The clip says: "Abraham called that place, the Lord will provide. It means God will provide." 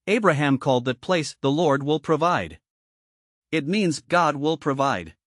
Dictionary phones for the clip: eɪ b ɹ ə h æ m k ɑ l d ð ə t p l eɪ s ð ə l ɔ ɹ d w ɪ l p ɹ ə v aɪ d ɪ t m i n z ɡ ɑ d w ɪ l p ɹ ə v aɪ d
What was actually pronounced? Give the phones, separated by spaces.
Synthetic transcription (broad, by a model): eɪ b ɹ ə h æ m k ɑ l d ð ə t p l eɪ s ð ə l ɔ ɹ d w ɪ l p ɹ ə v aɪ d ɪ t m i n z ɡ ɑ d w ɪ l p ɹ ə v aɪ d